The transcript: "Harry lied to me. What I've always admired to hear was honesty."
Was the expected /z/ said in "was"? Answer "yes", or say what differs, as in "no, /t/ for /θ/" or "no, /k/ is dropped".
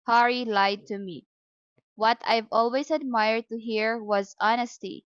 yes